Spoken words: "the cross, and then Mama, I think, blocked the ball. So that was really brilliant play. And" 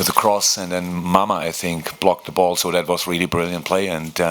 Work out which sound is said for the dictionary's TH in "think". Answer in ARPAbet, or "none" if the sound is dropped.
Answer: TH